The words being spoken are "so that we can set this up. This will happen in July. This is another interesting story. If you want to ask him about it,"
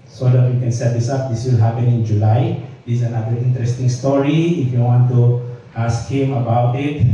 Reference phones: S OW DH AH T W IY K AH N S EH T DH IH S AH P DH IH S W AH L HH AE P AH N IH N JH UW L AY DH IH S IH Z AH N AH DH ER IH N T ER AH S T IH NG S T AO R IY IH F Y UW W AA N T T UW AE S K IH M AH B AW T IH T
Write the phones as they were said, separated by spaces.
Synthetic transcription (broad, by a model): S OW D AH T W IY K AH N S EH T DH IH S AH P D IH S W AH L HH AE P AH N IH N JH UW L AY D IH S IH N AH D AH IY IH N T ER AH S T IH NG S T AO R IY IH F Y UW W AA N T T UW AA S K IH M AH B AW T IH T